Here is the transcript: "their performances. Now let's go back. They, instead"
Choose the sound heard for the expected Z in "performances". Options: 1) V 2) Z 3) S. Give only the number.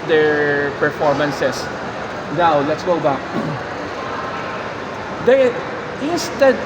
3